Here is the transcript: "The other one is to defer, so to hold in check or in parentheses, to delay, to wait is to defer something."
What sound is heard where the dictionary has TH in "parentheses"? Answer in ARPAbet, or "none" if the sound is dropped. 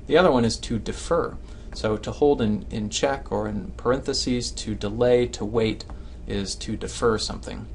TH